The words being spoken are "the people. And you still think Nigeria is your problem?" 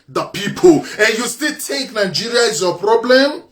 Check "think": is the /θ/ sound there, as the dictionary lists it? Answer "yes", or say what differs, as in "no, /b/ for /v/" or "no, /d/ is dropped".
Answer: no, /t/ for /θ/